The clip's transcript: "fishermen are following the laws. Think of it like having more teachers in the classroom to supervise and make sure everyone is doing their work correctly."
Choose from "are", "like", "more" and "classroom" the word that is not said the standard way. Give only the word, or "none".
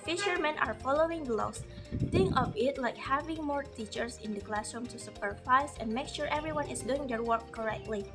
none